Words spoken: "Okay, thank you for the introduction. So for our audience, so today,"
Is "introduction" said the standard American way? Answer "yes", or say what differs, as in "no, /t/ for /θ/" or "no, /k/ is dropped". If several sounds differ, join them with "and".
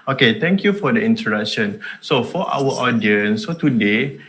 no, /ɹ/ is dropped